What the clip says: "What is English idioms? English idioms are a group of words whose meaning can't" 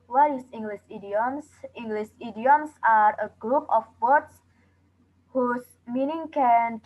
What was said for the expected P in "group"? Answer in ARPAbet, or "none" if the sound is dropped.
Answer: P